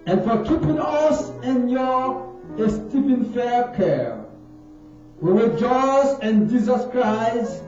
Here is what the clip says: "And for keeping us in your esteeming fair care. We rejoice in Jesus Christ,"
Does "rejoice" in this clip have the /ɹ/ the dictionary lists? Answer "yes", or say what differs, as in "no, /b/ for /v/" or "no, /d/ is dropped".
no, /w/ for /ɹ/